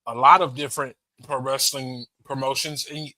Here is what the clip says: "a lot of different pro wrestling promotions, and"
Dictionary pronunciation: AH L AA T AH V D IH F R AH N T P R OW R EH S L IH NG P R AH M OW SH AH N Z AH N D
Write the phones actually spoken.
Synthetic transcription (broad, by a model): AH L AA T AH V D IH F R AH N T P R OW R EH S L IH NG P R AH M OW SH AH N Z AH N